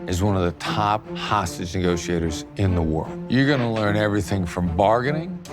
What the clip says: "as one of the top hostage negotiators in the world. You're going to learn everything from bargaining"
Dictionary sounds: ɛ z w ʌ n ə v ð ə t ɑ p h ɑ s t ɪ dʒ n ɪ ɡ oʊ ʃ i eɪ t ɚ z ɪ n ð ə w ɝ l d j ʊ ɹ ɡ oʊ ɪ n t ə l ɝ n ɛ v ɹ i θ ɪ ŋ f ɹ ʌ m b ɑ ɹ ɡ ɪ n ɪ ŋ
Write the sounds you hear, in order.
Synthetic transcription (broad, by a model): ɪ z w ʌ n ə v ð ə t ɑ p h ɑ s t ɪ dʒ n ɪ ɡ oʊ ʃ i eɪ t ɚ z ɪ n ð ə w ɝ l d j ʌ ɹ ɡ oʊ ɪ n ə l ɝ n ɛ v ɹ i θ ɪ ŋ f ɹ ʌ m b ɑ ɹ ɡ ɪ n ɪ ŋ